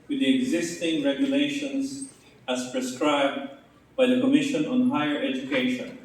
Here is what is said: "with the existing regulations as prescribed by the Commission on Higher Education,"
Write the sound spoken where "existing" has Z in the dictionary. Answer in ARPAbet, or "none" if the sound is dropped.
Z